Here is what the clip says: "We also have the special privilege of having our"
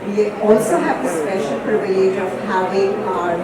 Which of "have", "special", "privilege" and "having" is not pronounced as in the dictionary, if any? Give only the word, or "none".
privilege